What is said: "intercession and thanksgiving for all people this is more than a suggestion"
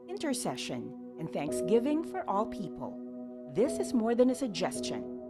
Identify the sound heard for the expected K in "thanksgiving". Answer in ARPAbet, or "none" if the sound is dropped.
K